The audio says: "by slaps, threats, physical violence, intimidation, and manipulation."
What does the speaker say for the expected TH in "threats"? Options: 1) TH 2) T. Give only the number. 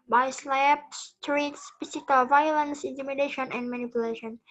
2